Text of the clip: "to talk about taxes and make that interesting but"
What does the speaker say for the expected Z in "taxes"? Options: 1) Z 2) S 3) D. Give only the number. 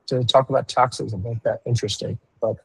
1